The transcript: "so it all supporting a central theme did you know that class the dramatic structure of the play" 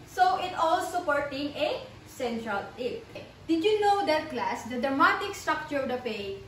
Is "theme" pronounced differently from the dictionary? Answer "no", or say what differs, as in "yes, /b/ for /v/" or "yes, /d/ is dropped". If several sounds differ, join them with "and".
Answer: yes, /t/ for /θ/